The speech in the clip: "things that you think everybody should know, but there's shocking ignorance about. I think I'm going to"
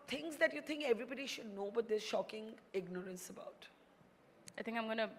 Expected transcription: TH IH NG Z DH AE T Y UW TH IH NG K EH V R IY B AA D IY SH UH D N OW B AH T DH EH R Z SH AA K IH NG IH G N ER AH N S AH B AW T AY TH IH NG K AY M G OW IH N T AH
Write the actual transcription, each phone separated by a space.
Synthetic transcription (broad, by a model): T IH NG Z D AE T Y UW T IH NG K EH V R IY B AA D IY SH UH D N OW B AH T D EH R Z SH AA K IH NG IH G N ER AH N S AH B AW T AY T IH NG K AY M G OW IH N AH